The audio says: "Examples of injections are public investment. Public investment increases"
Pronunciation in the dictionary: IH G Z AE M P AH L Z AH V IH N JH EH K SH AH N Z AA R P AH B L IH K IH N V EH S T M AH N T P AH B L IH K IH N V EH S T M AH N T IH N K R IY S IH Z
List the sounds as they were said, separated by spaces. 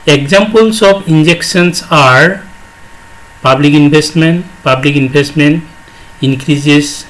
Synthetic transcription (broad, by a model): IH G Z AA M P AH L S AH P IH N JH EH K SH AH N S AA R P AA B L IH K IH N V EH S T M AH N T P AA B L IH K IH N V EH S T M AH N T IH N K R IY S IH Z